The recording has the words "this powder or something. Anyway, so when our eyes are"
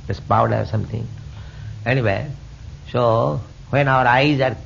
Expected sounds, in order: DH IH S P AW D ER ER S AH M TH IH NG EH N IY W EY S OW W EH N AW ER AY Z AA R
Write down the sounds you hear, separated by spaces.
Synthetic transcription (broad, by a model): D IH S P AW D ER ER S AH M T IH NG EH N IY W EY S OW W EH N AW ER AY Z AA R